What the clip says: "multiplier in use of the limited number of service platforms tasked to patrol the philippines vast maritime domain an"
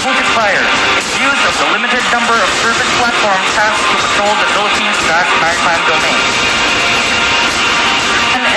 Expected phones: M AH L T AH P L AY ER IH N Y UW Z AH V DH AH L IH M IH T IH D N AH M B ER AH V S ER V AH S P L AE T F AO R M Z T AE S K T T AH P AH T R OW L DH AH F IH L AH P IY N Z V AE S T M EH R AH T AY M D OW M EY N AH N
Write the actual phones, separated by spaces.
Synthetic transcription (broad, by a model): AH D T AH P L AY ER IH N Y UW Z AH V DH AH L IH M IH T IH D N AH M B ER AH V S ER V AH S P L AE T F AO R M Z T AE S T T AH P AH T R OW L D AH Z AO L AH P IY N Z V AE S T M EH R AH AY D OW M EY AH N